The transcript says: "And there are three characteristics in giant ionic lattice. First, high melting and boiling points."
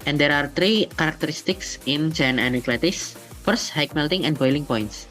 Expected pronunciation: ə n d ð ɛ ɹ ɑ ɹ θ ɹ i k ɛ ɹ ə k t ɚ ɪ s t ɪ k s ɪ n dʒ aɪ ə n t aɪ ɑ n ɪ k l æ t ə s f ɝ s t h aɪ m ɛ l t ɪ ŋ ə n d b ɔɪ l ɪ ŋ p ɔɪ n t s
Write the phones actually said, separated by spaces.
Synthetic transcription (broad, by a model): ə n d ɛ ɹ ɑ ɹ t ɹ i k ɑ ɹ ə k t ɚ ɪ s t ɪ k s ɪ n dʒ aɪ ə n aɪ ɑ n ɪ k l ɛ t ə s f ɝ s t h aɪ m ɛ l t ɪ ŋ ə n b ɔɪ l ɪ ŋ p ɔɪ n t s